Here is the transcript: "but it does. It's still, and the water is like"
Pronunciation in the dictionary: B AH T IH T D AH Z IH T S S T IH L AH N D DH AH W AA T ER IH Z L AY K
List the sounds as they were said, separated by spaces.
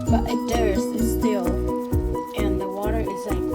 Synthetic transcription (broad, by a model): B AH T IH T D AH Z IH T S S T IH L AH N DH AH W AA T ER IH Z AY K